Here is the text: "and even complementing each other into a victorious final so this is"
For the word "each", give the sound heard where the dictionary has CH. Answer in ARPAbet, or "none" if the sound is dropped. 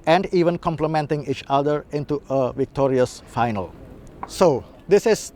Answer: CH